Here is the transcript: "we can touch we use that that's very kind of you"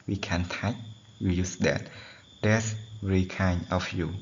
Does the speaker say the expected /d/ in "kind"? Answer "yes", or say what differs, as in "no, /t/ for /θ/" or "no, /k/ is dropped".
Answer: no, /d/ is dropped